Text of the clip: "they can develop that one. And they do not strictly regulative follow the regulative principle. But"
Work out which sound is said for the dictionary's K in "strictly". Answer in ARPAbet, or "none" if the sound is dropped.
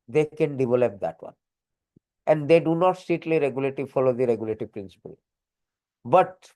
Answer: none